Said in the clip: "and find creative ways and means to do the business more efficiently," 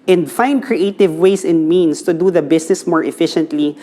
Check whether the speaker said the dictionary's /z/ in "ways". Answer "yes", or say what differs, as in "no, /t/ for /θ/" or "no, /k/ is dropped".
no, /s/ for /z/